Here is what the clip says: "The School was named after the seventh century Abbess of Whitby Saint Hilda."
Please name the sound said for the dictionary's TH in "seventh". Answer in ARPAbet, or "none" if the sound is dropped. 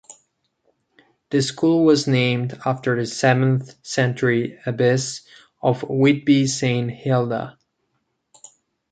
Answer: TH